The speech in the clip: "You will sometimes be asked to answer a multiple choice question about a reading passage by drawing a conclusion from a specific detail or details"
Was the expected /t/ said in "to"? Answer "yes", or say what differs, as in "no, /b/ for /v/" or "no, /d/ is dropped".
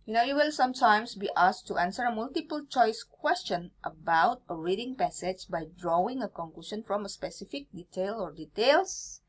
yes